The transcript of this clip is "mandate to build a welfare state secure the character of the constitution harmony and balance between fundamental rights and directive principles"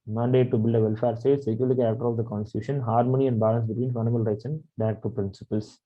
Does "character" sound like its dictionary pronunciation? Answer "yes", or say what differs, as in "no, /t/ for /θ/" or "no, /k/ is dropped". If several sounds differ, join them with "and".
no, /ɹ/ is dropped